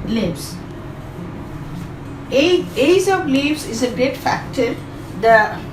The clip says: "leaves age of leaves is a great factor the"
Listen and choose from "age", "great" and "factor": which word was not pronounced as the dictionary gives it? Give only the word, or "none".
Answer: age